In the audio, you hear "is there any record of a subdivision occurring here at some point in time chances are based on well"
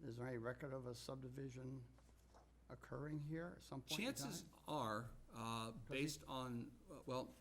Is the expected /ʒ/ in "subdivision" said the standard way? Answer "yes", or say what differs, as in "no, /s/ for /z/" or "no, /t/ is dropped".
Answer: yes